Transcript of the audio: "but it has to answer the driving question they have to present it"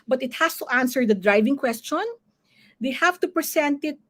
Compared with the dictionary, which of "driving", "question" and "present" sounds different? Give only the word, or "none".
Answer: present